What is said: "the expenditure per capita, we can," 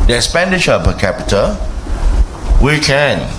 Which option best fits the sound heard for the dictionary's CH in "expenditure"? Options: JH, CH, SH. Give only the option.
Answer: SH